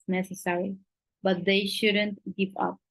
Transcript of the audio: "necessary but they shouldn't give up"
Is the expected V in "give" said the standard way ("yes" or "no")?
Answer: no